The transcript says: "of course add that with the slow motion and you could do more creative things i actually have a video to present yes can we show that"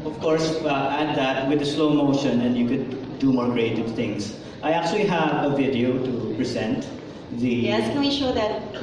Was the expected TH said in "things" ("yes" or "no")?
no